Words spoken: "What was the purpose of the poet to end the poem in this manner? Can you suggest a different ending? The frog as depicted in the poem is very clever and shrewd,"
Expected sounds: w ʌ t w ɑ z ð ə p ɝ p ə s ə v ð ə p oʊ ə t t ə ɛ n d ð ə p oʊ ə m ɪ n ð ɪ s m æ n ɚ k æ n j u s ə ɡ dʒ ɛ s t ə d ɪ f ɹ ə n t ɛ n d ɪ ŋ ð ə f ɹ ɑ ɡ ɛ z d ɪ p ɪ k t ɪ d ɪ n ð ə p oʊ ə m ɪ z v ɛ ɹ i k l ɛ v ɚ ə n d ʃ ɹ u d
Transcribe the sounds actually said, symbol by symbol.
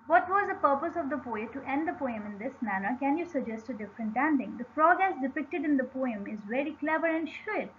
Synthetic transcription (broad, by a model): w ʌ t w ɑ z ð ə p ɝ p ə s ə v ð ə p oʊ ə t t ɛ n d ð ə p oʊ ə m ɪ n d ɪ s m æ n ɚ k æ n j u s ə ɡ dʒ ɛ s t ə d ɪ f ɹ ə n t ɛ n d ɪ ŋ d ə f ɹ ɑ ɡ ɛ s d ɪ p ɪ k t ɪ d ɪ n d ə p oʊ ə m ɪ z v ɛ ɹ i k l ɛ v ɚ ə n d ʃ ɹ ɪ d